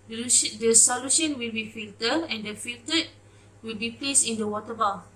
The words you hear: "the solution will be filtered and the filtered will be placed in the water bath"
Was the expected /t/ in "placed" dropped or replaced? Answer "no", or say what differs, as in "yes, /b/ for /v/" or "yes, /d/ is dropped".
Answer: yes, /t/ is dropped